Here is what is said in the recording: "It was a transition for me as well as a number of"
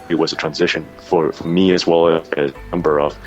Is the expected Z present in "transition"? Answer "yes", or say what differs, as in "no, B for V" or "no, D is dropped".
yes